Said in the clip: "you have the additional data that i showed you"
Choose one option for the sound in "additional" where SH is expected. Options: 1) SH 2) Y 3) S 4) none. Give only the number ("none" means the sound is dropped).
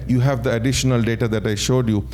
1